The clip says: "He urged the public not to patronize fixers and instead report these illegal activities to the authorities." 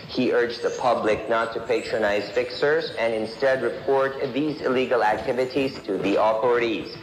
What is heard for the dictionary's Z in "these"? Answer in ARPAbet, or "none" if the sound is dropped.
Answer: Z